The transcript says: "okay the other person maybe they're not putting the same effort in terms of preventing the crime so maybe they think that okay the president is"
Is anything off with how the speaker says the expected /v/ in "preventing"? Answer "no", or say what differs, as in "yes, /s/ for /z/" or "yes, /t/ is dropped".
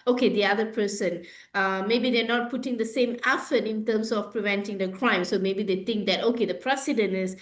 no